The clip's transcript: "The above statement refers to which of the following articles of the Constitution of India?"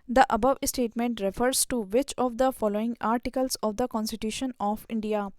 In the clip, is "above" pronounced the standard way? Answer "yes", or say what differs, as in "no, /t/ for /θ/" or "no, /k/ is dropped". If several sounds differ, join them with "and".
yes